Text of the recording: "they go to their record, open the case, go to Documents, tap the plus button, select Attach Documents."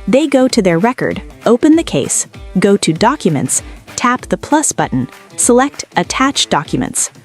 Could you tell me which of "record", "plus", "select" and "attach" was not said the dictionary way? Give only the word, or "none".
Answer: none